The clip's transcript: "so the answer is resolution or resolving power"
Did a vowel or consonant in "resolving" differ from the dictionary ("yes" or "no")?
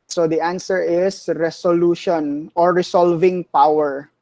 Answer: yes